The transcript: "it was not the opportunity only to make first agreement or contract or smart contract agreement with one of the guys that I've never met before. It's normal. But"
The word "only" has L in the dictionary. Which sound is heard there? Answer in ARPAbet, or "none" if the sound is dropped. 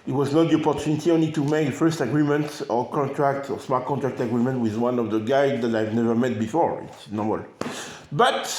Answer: L